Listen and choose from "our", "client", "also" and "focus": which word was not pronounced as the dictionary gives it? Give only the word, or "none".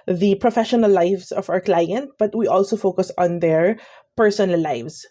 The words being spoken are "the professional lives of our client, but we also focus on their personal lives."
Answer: none